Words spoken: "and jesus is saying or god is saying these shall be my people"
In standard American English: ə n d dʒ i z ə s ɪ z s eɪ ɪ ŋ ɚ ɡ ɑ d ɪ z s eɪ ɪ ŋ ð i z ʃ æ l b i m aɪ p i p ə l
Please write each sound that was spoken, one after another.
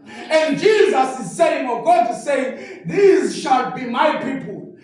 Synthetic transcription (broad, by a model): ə n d dʒ i z ə s ɪ z s eɪ ɪ ŋ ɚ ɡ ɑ ɪ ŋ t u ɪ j ð i z ʃ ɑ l b i m aɪ p i p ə l